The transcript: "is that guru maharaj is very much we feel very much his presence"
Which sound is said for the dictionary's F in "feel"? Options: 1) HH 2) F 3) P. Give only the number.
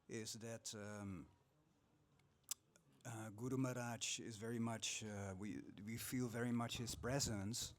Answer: 2